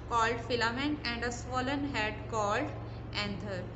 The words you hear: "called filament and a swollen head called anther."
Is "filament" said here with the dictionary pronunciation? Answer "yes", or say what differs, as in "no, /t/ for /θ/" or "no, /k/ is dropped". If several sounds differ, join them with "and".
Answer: no, /t/ is dropped